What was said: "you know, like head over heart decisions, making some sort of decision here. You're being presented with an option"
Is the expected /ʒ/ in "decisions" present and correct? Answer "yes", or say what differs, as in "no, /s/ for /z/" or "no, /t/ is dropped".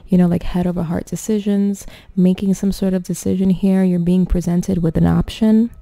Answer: yes